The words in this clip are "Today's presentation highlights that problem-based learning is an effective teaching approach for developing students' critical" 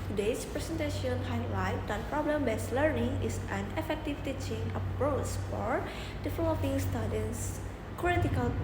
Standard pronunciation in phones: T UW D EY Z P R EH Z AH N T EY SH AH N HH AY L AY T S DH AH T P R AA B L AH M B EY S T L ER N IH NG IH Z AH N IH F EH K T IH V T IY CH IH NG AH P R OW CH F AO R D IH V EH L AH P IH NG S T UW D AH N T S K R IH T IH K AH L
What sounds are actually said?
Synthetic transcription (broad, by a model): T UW D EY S P R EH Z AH N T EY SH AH N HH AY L AY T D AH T P R AA B L AH M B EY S L ER N IH NG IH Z AH N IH F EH K T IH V T IY CH IH NG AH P R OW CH F AO R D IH F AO AH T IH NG S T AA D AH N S K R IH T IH K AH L